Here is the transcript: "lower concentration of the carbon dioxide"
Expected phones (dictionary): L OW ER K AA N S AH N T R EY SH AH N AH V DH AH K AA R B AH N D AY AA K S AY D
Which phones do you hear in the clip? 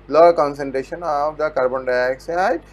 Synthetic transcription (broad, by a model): L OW K AA N S AH N T R EY SH AH N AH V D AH K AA R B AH N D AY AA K S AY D